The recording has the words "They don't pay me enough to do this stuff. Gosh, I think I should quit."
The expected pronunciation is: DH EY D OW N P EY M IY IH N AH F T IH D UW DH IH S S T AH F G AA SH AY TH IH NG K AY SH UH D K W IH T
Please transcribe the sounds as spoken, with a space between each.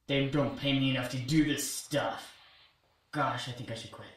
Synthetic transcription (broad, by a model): DH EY D OW N P EY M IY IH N AH F T IH D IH DH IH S S T AH F G AA SH AY TH IH NG K AY SH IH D K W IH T